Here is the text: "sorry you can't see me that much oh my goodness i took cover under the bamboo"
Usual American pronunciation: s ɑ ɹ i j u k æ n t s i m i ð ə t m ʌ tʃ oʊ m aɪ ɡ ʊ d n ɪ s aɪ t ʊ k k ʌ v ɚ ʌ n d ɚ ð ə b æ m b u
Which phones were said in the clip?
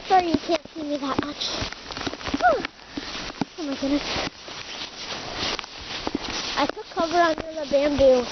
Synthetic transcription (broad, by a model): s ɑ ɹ j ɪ k æ n t s i m i ð ə t m ʌ tʃ oʊ m aɪ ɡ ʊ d n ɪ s aɪ t ʊ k k ʌ v ɚ ʌ n d ɚ ð ə b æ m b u